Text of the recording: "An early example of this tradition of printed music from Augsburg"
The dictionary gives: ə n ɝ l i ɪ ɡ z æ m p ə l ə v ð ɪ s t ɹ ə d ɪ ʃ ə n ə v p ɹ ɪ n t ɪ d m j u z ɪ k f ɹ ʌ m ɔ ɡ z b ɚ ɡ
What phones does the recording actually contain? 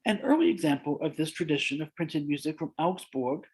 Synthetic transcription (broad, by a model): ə n ɝ l i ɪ ɡ z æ m p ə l ə v ð ɪ s t ɹ ə d ɪ ʃ ə n ə v p ɹ ɪ n t ɪ d m j u z ɪ k f ɹ ʌ m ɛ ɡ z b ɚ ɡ